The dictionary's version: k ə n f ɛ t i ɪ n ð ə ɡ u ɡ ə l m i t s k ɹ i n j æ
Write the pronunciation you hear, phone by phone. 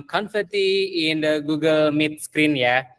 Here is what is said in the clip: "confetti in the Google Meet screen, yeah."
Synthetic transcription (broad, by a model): k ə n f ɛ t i ɪ n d ɡ u ɡ ə l m i t s k ɹ i n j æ